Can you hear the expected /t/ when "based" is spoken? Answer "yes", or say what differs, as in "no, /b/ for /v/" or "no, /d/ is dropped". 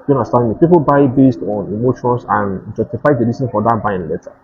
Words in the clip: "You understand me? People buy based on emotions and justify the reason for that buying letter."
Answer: yes